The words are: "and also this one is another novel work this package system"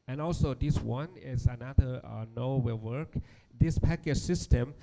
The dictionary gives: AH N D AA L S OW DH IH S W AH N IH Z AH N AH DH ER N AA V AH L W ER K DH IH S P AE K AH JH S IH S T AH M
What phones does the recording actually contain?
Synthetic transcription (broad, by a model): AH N AA L S OW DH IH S W AH N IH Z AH N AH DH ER N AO W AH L W ER K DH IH S P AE K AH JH S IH S T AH M